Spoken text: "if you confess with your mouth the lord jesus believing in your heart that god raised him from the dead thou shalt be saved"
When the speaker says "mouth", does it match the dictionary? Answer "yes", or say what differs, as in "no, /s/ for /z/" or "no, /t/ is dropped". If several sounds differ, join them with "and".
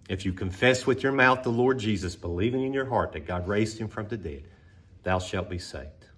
yes